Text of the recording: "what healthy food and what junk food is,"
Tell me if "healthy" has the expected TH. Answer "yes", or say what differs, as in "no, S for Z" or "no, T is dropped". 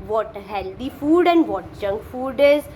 no, T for TH